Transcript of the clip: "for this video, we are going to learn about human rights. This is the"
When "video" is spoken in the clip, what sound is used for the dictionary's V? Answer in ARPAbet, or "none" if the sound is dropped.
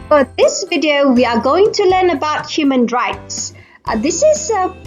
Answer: V